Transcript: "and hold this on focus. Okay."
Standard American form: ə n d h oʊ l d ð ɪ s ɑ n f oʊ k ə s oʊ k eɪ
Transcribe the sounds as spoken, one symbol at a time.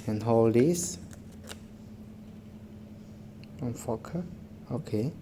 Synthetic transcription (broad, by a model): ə n h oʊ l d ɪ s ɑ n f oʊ k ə oʊ k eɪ